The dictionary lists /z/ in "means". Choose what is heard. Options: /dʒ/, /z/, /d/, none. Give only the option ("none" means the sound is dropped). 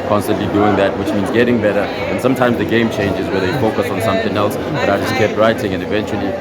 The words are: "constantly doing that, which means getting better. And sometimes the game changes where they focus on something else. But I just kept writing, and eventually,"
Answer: /z/